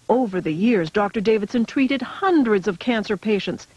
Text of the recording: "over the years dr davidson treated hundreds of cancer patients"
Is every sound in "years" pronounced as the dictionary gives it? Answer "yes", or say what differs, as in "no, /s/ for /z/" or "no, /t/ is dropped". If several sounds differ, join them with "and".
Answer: yes